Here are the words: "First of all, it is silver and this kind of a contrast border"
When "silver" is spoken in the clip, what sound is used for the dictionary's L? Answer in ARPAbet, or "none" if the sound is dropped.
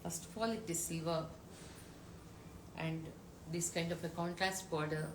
none